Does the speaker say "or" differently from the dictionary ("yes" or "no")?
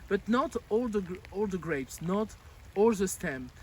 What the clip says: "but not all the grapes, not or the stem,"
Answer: yes